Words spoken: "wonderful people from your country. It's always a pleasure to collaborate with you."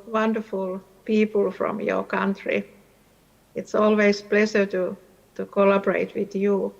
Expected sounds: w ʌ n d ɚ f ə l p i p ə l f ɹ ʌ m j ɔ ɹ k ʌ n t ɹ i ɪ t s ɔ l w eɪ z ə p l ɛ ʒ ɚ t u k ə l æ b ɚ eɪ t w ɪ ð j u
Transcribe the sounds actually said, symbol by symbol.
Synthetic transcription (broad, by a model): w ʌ n d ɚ f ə l p i p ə l f ɹ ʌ m j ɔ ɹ k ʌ n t ɹ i ɪ t s ɔ l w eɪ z p l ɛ s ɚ t u k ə l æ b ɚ eɪ t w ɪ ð j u